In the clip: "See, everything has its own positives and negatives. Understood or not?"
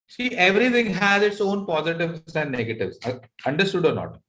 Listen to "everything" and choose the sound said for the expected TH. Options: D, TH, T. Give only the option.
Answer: T